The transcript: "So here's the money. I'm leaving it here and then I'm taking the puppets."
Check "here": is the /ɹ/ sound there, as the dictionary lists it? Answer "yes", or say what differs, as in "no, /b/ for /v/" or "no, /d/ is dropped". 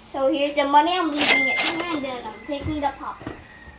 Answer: no, /l/ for /ɹ/